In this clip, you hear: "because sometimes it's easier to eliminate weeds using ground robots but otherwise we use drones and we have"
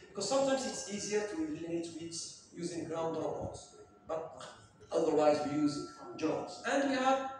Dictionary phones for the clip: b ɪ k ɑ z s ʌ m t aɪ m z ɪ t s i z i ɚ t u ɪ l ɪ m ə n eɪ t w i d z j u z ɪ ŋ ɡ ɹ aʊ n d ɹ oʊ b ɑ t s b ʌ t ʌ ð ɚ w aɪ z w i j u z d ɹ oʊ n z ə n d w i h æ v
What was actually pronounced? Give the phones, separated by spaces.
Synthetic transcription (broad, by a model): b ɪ k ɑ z s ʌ m t aɪ m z ɪ t s i z i ɚ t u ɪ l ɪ ə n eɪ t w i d j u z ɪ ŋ ɡ ɹ aʊ n d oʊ ɑ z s b ʌ t ʌ ð ɚ w aɪ z w i j u z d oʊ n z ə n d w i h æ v